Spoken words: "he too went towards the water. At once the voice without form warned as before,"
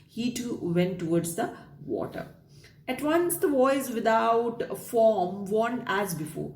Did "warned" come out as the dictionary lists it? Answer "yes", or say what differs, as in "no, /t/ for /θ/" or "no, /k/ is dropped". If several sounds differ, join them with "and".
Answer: no, /d/ is dropped